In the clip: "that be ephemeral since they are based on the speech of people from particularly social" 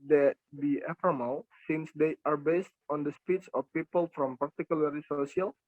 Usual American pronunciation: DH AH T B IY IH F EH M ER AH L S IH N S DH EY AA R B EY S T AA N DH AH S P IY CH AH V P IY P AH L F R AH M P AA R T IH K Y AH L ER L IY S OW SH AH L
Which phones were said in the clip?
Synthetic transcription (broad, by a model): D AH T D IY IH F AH M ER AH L S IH N S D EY AA R B EY S T AA N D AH S P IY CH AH F P IY P AH L F R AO M P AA R T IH K Y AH L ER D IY S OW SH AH L